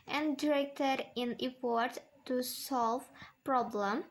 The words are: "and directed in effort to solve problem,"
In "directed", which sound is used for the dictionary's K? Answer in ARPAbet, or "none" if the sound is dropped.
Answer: K